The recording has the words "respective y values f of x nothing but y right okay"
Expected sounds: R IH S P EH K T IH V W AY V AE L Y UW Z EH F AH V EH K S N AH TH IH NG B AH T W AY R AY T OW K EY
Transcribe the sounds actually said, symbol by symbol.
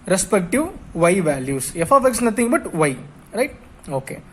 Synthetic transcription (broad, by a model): R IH S P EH K T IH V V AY V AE L Y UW S EH F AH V EH K S N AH T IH NG B AH T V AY R AY T OW K EY